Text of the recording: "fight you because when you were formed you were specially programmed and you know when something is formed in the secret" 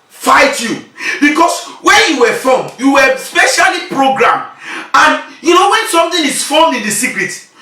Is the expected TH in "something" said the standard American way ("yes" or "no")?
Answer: no